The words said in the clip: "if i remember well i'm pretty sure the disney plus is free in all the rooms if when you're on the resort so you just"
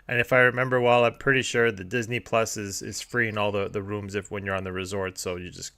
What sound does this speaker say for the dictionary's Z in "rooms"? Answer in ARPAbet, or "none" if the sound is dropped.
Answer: Z